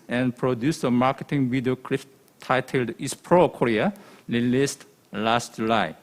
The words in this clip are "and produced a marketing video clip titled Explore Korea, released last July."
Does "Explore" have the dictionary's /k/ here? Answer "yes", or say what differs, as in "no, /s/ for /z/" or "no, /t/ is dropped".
no, /k/ is dropped